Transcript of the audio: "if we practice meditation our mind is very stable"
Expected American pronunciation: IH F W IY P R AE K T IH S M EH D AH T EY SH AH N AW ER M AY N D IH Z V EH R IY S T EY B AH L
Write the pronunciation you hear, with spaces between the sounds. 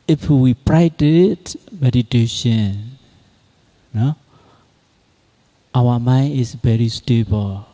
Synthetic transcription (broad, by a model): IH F W IY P R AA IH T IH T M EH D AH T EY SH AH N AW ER M AY N IH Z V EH R IY S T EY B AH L